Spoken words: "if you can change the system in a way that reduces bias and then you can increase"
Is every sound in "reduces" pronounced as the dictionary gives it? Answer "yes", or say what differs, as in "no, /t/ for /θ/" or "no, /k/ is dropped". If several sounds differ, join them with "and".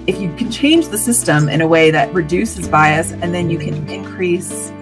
yes